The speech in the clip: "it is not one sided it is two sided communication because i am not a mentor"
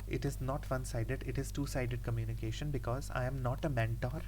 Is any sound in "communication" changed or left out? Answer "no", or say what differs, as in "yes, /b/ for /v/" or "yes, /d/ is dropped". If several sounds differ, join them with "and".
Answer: no